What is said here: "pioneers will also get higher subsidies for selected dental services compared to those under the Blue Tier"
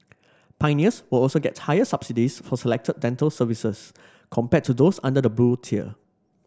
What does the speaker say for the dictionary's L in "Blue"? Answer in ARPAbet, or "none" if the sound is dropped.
none